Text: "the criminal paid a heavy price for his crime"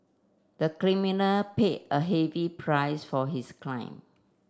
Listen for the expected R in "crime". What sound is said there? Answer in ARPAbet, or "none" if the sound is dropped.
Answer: L